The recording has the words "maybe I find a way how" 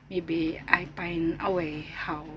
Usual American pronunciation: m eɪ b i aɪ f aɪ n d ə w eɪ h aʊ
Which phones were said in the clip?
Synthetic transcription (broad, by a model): m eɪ b i aɪ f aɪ n ə w eɪ h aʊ